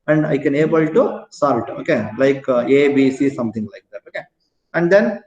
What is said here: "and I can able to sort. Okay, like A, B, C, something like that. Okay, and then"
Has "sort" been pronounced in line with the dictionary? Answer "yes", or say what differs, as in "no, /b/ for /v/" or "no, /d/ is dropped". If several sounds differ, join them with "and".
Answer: no, /l/ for /ɹ/